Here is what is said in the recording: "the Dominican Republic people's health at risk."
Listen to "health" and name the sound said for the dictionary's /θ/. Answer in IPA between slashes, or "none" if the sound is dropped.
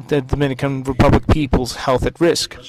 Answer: /θ/